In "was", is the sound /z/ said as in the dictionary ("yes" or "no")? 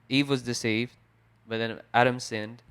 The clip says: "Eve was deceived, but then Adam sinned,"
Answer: yes